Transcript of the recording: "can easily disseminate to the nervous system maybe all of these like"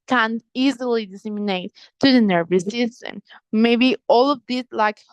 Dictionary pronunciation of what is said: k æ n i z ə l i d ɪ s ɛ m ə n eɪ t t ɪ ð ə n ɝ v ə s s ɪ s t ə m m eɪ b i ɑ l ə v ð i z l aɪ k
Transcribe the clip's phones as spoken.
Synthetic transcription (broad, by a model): k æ n i z ə l i d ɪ s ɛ m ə n eɪ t t ɪ ð ə n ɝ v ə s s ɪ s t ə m m eɪ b i ɑ l ə v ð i s l aɪ k